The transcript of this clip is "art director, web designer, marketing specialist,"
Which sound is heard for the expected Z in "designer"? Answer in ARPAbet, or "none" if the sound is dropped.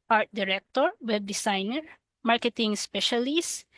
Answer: S